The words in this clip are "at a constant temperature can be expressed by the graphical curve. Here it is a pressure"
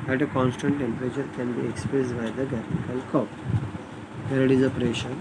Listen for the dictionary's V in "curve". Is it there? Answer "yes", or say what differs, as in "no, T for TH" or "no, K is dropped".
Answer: no, P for V